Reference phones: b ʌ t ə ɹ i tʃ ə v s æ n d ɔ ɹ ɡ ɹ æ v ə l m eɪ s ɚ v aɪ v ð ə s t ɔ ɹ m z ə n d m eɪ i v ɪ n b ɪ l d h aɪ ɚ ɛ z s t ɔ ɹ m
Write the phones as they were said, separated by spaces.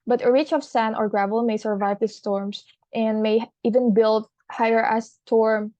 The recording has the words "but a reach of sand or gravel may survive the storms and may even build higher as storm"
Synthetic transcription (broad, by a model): b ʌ t ə ɹ i tʃ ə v s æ n ɔ ɹ ɡ ɹ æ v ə l m eɪ s ɚ v aɪ v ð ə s t ɔ ɹ m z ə n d m eɪ i v ɪ n b ɪ l d h aɪ ɚ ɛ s t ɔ ɹ m